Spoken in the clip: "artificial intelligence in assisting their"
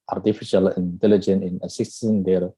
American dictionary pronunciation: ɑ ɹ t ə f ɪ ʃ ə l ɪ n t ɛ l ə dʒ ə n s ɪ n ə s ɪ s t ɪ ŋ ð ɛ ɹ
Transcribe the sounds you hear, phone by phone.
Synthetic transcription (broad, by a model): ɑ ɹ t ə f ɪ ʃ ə l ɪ n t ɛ l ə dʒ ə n ɪ n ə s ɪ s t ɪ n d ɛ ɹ